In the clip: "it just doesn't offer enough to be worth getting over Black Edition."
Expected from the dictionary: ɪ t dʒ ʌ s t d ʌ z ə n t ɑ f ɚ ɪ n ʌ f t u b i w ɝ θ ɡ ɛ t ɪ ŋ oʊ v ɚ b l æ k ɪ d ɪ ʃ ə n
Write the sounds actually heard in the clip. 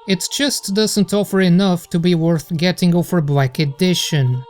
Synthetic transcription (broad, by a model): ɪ t dʒ ʌ s t d ʌ z ə n t ɑ f ɚ ɪ n ʌ f t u b i w ɝ θ ɡ ɛ t ɪ ŋ oʊ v ɚ b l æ k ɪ d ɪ ʃ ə n